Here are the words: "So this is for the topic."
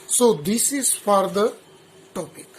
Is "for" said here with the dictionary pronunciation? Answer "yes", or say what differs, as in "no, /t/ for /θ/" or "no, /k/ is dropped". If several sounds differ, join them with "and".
yes